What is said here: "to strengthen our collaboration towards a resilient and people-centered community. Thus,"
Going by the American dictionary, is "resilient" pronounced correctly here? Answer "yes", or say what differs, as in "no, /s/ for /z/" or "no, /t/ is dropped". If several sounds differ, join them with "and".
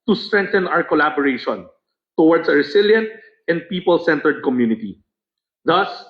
no, /s/ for /z/